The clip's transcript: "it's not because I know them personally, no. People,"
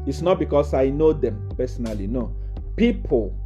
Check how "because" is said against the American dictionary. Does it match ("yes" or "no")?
no